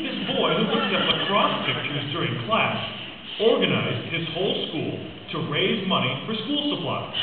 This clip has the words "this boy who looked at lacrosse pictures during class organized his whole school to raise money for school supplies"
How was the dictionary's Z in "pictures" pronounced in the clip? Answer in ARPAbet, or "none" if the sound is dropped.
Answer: Z